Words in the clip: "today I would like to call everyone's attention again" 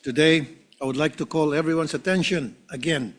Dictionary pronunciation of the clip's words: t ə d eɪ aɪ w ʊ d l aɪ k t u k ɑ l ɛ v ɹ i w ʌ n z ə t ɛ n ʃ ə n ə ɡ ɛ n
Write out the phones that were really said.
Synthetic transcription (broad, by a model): t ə d eɪ aɪ w ʊ d l aɪ k t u k ɑ l ɛ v ɹ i w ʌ n s ə t ɛ n ʃ ə n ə ɡ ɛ n